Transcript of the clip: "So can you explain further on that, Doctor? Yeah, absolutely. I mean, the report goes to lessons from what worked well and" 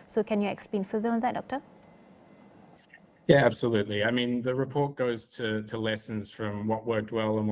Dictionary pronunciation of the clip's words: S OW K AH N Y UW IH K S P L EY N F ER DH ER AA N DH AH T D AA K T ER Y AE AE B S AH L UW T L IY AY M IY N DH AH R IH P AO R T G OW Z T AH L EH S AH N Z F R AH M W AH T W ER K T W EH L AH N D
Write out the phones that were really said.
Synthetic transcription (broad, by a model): S OW K AH N Y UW IH K S P L EY N F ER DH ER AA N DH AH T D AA K T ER Y AE AE B S AH L UW T L IY AY M IY N DH AH R IH P AO R T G OW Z T AH L EH S AH N Z F R AH M W AH T W ER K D W EH L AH N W